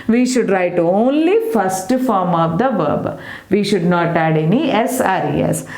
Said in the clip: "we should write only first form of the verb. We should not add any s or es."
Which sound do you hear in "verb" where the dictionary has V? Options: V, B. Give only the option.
V